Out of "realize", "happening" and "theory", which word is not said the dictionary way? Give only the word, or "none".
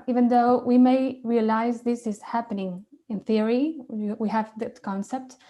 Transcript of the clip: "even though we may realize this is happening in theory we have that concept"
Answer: none